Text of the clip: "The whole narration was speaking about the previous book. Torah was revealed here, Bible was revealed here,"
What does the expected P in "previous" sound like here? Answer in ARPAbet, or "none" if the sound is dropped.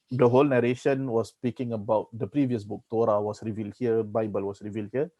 P